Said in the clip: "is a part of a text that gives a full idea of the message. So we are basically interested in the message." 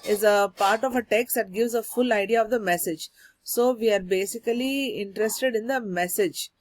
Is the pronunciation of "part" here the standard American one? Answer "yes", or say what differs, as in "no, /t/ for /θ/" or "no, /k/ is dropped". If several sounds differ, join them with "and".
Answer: yes